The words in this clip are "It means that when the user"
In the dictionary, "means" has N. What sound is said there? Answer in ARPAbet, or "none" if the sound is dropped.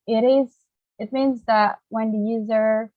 N